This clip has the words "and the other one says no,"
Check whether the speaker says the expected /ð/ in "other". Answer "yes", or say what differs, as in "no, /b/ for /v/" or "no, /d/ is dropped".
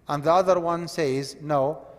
yes